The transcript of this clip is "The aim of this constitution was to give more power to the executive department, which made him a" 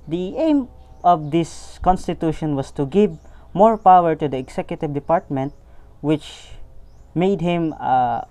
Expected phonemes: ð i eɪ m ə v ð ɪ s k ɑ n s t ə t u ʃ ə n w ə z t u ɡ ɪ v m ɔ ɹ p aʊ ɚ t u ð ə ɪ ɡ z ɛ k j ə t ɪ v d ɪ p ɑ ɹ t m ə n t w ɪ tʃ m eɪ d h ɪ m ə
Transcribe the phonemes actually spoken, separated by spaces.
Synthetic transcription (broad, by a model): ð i eɪ m ə v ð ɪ s k ɑ n s t ə t u ʃ ə n w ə s t u ɡ ɪ v m ɔ ɹ p aʊ ɚ t u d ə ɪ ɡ s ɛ k j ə t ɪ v d ɪ p ɑ ɹ t m ə n t w ɪ tʃ m eɪ d h ɪ m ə